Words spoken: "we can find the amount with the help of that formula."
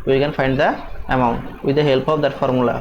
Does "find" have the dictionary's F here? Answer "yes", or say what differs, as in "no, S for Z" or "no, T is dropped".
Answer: yes